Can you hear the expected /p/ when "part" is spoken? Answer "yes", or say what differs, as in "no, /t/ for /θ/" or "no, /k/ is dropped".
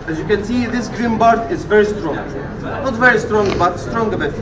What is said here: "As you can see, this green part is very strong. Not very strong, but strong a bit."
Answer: no, /b/ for /p/